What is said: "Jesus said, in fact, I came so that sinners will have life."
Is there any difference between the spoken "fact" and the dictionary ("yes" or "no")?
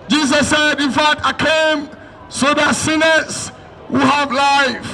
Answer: yes